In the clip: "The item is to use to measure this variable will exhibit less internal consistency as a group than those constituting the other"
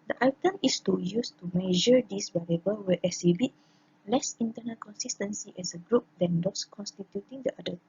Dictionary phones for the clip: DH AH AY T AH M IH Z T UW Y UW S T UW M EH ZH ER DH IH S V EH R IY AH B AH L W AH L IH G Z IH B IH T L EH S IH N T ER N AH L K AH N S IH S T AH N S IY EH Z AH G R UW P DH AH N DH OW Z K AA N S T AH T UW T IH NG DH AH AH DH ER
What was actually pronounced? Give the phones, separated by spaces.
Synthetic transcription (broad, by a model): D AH AY T AH M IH S T UW Y UW S T UW M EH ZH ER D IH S B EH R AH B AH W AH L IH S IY B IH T L EH S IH N T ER N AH L K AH N S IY S T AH N S IY EH S AH G R UW P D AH N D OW S K AA N S T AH T UW T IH NG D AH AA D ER